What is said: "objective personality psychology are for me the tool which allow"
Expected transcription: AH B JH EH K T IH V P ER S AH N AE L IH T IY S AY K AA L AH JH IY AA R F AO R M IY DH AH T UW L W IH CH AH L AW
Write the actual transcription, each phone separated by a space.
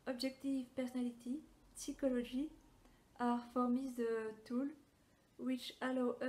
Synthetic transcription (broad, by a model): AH B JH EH K T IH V P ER S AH N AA L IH T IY S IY K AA L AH ZH IY AA R F AO R M IY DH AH T UW L W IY CH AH L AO